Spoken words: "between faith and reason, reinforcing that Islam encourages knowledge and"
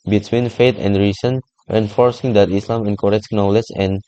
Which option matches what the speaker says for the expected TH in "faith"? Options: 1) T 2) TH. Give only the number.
1